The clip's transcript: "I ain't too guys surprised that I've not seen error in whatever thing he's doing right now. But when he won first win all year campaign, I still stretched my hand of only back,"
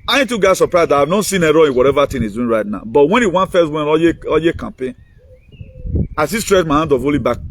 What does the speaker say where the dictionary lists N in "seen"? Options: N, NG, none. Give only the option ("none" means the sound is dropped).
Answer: N